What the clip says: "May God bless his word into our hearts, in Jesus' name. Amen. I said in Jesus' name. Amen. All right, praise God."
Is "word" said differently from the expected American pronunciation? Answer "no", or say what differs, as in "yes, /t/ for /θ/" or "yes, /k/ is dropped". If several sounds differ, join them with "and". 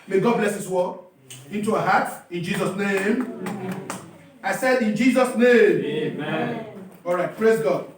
yes, /d/ is dropped